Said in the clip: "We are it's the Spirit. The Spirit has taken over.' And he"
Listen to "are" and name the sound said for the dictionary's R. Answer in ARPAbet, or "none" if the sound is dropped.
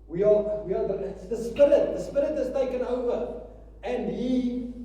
W